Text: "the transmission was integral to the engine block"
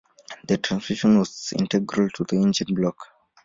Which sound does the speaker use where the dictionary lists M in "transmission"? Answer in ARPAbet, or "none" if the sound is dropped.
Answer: none